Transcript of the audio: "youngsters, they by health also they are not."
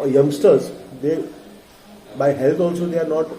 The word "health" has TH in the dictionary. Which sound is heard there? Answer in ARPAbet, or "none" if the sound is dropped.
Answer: T